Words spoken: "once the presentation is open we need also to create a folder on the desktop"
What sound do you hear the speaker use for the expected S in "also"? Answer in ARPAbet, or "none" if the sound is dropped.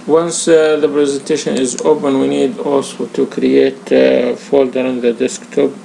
S